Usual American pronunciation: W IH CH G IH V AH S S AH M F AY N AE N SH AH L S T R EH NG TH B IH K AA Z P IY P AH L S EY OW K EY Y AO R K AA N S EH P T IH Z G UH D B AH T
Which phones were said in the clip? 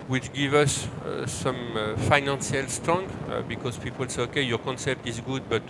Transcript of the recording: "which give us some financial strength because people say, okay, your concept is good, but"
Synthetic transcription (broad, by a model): W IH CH G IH V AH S S AH M F AY N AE N S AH L S T R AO NG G B IH K AA Z P IY P AH L S EY OW K EY Y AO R K AA N S EH P T IH Z G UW D B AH T